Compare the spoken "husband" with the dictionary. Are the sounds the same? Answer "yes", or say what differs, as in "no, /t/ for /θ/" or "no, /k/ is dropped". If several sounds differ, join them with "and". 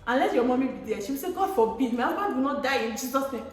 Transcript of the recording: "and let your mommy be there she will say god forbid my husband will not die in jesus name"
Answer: no, /n/ is dropped